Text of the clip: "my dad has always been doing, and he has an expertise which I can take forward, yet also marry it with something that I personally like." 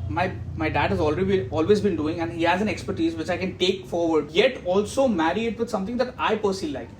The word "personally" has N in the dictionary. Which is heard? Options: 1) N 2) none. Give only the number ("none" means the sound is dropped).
2